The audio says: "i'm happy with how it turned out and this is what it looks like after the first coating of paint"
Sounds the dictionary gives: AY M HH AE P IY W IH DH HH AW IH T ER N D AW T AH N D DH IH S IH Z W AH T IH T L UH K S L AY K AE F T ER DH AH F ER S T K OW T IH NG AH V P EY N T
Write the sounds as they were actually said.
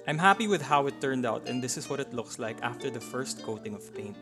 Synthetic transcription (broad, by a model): AY M HH AE P IY W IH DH HH AW IH T ER N D AW T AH N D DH IH S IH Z W AH T IH T L UH K S L AY K AE F T ER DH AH F ER S T K OW T IH NG AH V P EY N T